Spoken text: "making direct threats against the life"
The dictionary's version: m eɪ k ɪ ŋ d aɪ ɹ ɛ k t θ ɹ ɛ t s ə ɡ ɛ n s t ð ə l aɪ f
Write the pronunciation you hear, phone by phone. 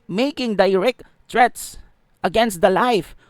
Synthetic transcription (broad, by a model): m eɪ k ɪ ŋ d aɪ ɹ ɛ k t t ɹ ɛ t s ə ɡ ɛ n s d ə l aɪ f